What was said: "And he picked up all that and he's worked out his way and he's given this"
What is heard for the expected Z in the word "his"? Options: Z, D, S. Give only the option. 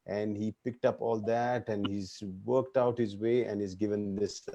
Z